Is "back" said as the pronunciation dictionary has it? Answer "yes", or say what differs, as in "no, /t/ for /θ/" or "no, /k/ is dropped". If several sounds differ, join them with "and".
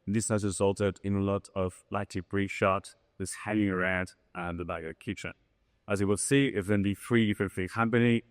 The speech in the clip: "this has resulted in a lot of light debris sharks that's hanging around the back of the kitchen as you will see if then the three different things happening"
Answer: no, /k/ is dropped